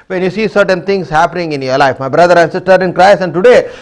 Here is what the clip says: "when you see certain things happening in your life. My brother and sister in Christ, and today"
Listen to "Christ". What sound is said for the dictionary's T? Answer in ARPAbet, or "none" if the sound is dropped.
none